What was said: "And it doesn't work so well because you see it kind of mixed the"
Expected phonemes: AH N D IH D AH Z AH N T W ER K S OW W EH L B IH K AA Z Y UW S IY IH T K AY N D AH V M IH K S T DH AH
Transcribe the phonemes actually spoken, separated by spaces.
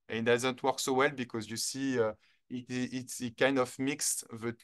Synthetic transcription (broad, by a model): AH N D IH Z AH N T W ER K S OW W EH L B IH K AA Z Y UW S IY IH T K AY N D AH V M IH K S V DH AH